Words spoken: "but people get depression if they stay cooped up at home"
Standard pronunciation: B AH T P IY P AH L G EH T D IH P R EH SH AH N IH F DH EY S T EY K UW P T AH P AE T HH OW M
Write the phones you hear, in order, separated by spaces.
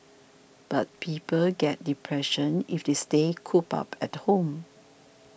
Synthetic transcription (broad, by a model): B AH T P IY P AH L G EH T D IH P R EH SH AH N IH F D EY S T EY K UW P AH P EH T HH OW M